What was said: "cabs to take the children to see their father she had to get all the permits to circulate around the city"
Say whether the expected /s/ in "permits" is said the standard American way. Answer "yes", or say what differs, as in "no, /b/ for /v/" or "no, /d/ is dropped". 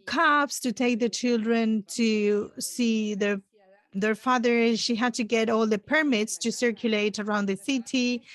yes